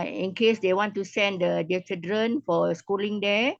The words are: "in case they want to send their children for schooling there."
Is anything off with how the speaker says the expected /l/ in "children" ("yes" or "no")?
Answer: yes